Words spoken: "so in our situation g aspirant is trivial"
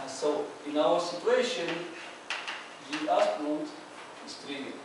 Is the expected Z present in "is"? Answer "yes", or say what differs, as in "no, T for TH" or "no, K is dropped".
no, S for Z